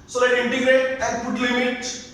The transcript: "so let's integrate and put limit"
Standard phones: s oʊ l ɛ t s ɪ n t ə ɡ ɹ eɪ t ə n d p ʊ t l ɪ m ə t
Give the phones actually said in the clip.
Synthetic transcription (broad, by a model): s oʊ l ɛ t ɪ n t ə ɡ ɹ eɪ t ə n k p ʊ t l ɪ m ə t